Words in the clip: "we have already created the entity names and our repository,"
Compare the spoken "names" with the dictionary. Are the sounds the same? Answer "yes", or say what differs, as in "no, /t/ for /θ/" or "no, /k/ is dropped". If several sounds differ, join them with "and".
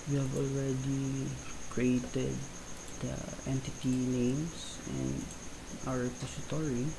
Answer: no, /s/ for /z/